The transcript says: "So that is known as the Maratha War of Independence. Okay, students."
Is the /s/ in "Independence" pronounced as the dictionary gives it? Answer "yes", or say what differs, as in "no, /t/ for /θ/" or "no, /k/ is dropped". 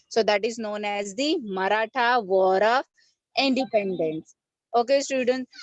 yes